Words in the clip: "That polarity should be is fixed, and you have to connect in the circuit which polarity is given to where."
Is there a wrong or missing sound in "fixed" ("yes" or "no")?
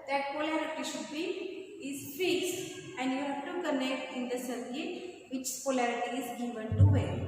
yes